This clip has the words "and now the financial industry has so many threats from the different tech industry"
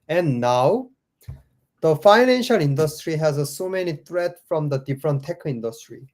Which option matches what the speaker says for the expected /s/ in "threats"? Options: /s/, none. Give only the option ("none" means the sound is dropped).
none